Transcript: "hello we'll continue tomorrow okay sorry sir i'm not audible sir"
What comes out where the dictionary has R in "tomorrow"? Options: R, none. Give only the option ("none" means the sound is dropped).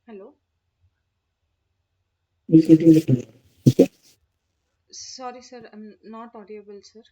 none